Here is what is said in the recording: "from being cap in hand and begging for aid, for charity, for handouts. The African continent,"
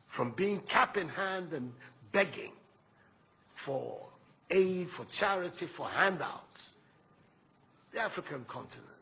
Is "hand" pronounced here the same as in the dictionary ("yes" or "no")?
yes